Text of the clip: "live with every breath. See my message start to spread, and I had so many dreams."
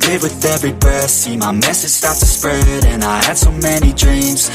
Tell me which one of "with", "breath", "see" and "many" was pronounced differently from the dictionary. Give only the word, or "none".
breath